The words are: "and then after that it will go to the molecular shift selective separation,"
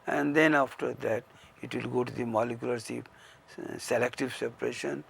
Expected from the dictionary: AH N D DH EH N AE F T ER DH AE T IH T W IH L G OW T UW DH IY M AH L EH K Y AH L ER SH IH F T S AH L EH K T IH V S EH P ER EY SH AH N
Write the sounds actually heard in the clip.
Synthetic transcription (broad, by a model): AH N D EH N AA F T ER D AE T IH T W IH L G OW T UW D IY M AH L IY K Y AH L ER S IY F S AH L EH K T IH V S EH P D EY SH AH N